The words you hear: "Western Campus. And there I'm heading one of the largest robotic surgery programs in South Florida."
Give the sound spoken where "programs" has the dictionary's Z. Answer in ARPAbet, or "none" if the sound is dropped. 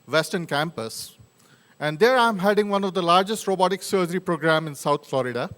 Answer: none